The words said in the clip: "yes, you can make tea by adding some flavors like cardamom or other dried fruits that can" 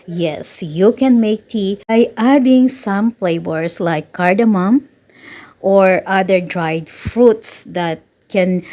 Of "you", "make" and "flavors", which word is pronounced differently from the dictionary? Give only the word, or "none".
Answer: flavors